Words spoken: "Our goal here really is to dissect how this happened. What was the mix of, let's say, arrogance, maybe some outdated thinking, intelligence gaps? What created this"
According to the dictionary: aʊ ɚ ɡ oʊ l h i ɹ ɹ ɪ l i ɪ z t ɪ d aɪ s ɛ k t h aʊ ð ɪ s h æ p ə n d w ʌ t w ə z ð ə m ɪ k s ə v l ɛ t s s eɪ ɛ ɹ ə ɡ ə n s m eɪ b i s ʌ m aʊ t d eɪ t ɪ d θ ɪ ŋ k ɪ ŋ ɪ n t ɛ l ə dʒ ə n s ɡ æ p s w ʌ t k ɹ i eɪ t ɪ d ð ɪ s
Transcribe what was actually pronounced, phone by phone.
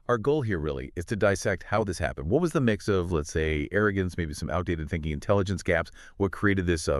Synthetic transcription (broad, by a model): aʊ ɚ ɡ oʊ l h i ɹ ɹ ɪ l i ɪ z t ɪ d aɪ s ɛ k t h aʊ ð ɪ s h æ p ə n d w ʌ t w ə z ð ə m ɪ k s ə v l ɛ t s s eɪ ɛ ɹ ə ɡ ə n s m eɪ b i s ʌ m aʊ t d eɪ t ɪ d θ ɪ ŋ k ɪ ŋ ɪ n t ɛ l ə dʒ ə n s ɡ æ p s w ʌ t k ɹ i eɪ t ɪ d ð ɪ s